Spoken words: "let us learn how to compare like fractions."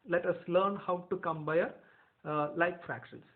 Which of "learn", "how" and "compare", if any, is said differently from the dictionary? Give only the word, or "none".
compare